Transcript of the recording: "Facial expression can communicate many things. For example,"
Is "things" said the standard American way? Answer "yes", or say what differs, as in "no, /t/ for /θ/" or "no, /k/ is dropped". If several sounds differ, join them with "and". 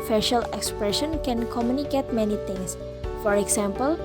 no, /t/ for /θ/ and /s/ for /z/